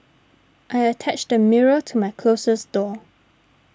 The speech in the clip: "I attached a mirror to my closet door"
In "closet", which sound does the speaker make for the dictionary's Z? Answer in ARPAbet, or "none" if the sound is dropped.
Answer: S